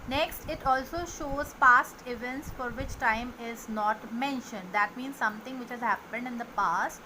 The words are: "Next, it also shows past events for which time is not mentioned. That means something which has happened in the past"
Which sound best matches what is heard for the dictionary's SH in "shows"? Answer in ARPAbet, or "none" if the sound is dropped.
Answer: SH